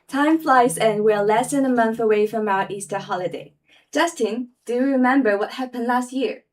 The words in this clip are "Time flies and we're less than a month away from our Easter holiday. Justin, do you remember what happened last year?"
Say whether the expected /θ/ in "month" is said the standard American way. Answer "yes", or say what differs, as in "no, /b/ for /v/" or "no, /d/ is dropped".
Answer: yes